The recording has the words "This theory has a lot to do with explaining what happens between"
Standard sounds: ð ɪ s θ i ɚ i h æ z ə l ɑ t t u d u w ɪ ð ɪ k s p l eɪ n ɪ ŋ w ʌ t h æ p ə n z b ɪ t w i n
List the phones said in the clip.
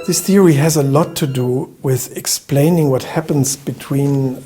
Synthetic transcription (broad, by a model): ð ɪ s θ i ɚ i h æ z ə l ɑ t t u d u w ɪ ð ɪ k s p l eɪ n ɪ ŋ w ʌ t h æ p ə n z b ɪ t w i n